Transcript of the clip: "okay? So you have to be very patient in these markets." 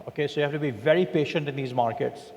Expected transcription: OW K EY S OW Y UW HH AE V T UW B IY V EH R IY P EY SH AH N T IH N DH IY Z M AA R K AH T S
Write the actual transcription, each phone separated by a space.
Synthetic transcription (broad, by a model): OW K EY S OW Y UW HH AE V T UW B IY V EH R IY P EY SH AH N T IH N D IY Z M AA R K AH T S